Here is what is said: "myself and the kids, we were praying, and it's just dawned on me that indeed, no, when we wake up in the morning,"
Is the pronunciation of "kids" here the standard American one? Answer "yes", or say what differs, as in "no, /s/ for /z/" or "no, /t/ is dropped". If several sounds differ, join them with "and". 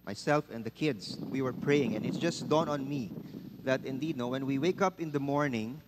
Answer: no, /s/ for /z/